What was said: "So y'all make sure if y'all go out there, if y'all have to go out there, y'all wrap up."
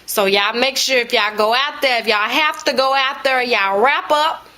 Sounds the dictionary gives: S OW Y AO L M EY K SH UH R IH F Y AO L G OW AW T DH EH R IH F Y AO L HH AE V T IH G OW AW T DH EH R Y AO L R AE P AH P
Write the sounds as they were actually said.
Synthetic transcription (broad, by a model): S OW Y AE M EY K SH UH R IH F Y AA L G OW AW T DH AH R IH F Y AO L HH AE F T IH G OW AW T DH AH R Y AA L R AE P AH P